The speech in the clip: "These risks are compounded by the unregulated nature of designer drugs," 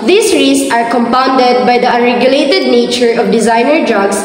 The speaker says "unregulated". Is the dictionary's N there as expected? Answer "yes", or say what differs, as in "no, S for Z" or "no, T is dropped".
no, N is dropped